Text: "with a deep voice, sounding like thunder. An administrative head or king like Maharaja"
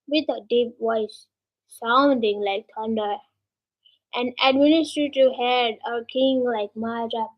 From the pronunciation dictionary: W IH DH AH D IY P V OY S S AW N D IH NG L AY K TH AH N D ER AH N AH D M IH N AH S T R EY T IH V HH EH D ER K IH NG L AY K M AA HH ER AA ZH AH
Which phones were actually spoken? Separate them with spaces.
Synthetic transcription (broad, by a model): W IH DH AH D IY P W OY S S AW N D IH NG L AY K T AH N D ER AH N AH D M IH N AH S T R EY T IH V HH EH D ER K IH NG L AY K M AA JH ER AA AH